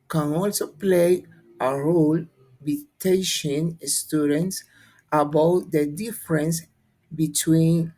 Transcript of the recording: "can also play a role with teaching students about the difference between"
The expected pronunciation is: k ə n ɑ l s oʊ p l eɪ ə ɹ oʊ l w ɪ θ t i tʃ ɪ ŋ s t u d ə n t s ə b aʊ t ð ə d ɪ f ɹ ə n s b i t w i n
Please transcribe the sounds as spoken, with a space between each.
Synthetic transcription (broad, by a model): k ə n ɑ l s oʊ p l eɪ ə ɹ oʊ l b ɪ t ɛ ʃ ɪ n s t u d ə n t s ə b aʊ t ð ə d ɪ f ɹ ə n s b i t w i n